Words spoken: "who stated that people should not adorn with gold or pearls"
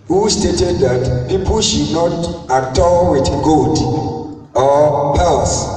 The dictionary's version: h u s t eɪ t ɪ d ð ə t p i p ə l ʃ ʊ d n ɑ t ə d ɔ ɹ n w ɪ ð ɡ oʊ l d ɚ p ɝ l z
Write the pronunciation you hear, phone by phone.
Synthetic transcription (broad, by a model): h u s t eɪ t ɪ d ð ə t p i p ə l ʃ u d n ɑ t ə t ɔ w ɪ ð ɡ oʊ d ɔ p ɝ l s